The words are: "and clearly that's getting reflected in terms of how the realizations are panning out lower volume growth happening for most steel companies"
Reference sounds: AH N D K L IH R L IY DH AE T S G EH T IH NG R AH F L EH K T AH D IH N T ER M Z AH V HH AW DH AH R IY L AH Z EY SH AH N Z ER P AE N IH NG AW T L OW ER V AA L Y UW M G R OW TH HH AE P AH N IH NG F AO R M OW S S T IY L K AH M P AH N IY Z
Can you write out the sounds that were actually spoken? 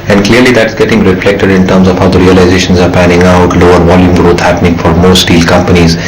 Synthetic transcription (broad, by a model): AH N D K L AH R L IY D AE T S G EH T IH NG R AH F L EH K T AH D IH N T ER M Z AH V HH AW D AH R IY L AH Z EY SH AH N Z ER P AE N IH NG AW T L OW ER V AA L Y UW M G R OW T HH AE P AH N IH NG F AO R M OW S S T IY L K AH M P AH N IY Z